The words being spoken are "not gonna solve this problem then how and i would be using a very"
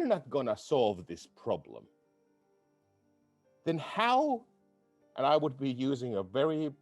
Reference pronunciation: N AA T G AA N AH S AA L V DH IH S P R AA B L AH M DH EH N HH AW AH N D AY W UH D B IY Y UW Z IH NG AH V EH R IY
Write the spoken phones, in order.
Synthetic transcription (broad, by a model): N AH T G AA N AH S AA L V DH IH S P R AA B L AH M DH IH N HH AW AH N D AY W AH D B IY Y UW Z IH NG AH V EH R IY